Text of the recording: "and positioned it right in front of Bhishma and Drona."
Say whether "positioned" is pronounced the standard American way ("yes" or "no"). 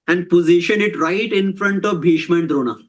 no